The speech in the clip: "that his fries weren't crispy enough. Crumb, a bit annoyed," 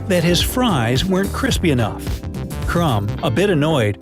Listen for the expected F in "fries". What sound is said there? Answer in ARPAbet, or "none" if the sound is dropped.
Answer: F